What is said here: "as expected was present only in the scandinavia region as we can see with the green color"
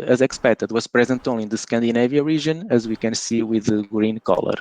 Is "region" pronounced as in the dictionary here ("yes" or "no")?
no